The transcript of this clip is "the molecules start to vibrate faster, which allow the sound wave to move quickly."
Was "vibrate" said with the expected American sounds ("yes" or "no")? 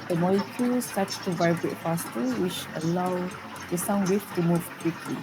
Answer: yes